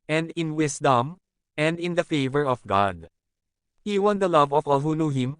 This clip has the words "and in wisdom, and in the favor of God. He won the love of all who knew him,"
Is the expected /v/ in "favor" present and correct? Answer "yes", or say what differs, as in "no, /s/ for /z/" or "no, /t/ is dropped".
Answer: yes